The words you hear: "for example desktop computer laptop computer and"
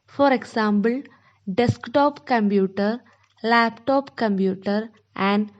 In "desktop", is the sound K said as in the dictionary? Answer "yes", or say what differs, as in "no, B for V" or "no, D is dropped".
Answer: yes